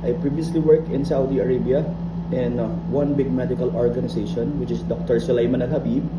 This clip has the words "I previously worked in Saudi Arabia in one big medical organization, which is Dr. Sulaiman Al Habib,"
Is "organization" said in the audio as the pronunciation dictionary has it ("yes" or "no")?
no